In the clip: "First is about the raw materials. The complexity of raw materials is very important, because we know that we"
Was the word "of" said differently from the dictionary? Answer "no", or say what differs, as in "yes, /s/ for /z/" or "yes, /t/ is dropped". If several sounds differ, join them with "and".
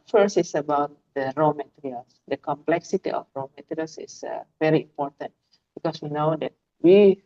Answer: yes, /f/ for /v/